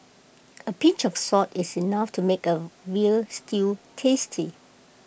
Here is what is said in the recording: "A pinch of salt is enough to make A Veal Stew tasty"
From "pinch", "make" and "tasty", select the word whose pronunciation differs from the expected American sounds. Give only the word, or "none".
pinch